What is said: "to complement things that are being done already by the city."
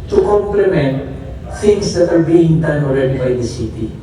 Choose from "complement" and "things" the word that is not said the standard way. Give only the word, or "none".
things